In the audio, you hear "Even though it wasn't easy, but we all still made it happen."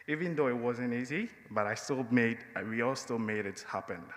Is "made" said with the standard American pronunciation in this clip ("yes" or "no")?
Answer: yes